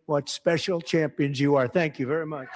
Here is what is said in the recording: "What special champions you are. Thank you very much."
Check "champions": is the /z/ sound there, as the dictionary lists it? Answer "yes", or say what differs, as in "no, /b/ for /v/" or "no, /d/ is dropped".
yes